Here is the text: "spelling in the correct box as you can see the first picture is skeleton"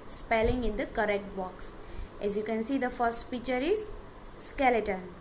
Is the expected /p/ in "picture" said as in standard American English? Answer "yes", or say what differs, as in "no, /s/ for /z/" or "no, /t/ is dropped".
no, /f/ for /p/